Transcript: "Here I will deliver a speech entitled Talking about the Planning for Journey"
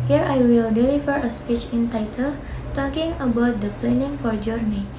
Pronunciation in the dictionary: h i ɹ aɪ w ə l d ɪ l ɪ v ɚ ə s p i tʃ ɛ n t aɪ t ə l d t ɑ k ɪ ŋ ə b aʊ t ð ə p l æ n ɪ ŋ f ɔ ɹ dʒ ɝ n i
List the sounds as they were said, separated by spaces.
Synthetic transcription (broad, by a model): h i ɹ aɪ w ə l d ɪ l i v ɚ ə s p i tʃ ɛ n t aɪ t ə l t ɑ k ɪ ŋ ə b aʊ t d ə p l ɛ n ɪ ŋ f ɔ ɹ dʒ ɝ n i